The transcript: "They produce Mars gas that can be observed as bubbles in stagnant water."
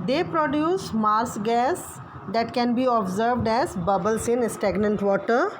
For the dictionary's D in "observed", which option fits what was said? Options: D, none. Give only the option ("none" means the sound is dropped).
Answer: D